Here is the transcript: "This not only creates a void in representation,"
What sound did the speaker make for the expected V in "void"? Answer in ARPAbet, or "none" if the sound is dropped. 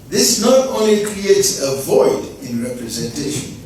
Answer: V